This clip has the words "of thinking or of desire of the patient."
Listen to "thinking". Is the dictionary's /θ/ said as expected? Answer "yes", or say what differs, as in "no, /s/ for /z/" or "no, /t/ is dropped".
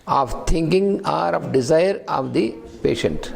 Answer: no, /t/ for /θ/